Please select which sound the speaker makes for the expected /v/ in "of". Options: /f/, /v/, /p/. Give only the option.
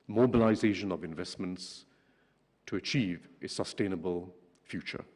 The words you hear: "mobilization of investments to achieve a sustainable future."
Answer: /v/